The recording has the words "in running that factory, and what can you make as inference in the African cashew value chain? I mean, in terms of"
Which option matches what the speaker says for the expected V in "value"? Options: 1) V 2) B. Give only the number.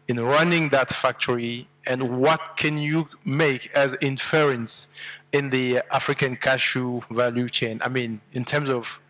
1